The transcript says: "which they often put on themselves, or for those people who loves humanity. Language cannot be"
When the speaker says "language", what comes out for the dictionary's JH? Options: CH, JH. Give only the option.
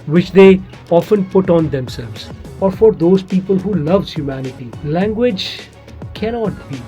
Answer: JH